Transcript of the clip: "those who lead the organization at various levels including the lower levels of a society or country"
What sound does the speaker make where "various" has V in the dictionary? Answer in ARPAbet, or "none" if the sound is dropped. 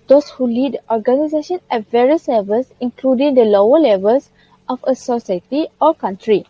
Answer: V